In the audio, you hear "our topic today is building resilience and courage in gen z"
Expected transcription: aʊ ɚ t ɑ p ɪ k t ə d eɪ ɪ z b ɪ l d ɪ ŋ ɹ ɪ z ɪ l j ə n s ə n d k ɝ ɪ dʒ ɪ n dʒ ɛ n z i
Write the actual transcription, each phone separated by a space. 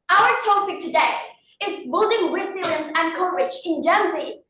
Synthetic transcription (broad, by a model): aʊ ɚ t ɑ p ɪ k t ə d eɪ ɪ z b ɪ l d ɪ ŋ w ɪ s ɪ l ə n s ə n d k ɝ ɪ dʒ ɪ n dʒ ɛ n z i